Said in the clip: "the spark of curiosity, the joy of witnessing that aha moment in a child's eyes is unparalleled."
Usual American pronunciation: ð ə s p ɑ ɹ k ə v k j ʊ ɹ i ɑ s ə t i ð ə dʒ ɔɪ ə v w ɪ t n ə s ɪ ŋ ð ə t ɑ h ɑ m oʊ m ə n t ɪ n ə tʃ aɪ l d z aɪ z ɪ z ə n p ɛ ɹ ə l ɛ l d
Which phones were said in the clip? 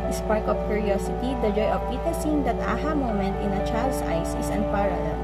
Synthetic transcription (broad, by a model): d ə s p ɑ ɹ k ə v k j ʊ ɹ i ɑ s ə t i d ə dʒ ɔɪ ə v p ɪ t ə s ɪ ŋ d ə t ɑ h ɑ m oʊ m ə n t ɪ n ə tʃ aɪ l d s aɪ s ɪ s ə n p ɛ ɹ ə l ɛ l